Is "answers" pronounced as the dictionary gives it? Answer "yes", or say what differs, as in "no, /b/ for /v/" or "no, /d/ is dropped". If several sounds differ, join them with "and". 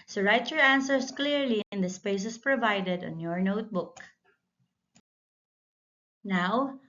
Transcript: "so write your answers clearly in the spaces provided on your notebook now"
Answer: no, /s/ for /z/